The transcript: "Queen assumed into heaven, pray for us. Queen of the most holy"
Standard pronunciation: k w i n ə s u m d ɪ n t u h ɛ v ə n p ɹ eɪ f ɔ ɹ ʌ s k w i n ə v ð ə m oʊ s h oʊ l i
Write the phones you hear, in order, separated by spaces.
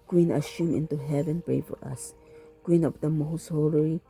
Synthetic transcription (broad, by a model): k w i n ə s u m ɪ n t u h ɛ v ə n p ɹ eɪ f ɔ ɹ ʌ s k w i n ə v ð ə m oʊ s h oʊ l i